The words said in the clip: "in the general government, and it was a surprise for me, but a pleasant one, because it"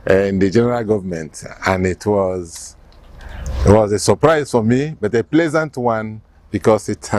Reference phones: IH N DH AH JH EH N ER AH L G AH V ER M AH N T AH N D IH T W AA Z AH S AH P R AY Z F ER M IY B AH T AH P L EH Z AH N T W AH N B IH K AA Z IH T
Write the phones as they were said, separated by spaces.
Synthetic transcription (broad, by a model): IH N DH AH JH EH N ER AH L G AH V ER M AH N T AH N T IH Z W AA Z AH S AH P R AY Z F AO M IY B AH T AH P L EH Z AH N T W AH N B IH K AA S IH T